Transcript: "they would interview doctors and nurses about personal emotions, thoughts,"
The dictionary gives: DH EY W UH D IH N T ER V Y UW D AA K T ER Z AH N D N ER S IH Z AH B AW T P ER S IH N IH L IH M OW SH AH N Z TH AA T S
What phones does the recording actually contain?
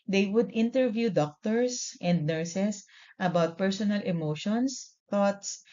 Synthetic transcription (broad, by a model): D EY W UH D IH N T ER V Y UW D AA K T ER S AH N D N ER S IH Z AH B AW T P ER S IH N IH L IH M OW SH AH N S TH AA T S